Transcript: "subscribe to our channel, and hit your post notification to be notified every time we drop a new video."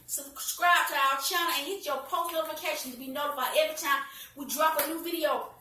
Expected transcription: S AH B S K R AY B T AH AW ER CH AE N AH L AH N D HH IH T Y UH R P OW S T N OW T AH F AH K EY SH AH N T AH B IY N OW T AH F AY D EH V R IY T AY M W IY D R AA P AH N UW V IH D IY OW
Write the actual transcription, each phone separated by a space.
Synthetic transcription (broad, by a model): S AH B S K R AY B T AH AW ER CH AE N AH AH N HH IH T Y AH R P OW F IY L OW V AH AH K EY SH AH N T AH B IY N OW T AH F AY EH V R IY T AY M W IY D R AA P AH N UW V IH D IY OW